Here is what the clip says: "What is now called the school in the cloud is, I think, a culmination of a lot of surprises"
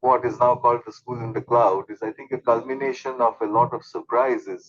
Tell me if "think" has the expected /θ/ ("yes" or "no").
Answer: no